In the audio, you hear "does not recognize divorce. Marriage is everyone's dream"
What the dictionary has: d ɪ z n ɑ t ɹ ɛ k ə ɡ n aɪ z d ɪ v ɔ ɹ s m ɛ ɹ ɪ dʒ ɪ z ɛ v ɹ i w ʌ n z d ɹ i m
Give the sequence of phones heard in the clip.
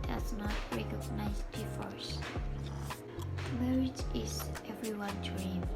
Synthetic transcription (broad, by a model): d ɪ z n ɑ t ɹ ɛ k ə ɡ n aɪ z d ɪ f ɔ ɹ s m ɛ ɹ ɪ dʒ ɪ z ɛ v ɹ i w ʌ n d ɹ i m